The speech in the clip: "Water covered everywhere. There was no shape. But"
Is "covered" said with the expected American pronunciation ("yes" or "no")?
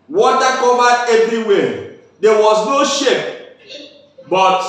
no